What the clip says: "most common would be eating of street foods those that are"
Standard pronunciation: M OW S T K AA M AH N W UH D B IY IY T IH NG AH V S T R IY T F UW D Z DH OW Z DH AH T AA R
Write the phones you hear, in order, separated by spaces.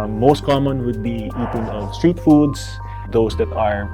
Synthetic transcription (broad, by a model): M OW S T K AA M AH N W UH D B IY IY T IH NG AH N S T R IY T F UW D S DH OW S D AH T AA R